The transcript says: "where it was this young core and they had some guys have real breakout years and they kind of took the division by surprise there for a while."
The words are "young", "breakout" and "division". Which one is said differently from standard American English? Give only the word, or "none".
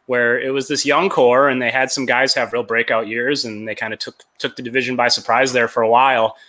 none